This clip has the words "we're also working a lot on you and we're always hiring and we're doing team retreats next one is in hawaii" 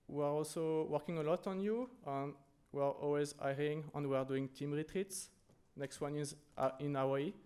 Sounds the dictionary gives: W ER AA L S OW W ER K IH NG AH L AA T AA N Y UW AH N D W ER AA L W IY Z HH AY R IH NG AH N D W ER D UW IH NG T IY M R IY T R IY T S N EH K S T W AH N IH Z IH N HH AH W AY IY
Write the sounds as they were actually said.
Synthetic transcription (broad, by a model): W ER AA L S OW W ER K IH NG AH L AA T AA N Y UW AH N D W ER AA L W IY Z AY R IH NG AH N W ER D UW IH NG T IY M R IY T R IY T S N EH K S T W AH N IH Z IH N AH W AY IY